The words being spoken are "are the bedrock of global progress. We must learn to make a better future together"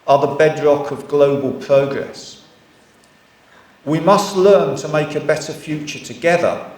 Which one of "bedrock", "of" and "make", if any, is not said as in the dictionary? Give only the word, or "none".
none